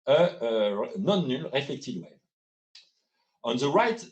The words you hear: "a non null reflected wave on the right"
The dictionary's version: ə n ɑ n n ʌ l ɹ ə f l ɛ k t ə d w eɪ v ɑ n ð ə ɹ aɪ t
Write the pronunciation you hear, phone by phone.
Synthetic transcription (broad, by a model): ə n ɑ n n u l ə f ɛ k t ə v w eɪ ɑ n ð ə ɹ aɪ t